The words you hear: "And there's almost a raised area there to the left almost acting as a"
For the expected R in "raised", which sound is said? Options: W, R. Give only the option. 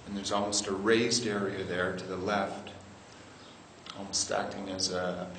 R